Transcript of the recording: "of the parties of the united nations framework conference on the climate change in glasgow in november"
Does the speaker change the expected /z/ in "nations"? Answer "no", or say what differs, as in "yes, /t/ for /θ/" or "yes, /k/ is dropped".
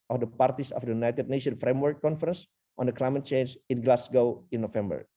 yes, /z/ is dropped